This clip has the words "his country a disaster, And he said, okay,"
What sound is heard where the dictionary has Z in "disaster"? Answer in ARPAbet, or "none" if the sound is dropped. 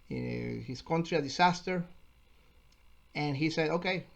S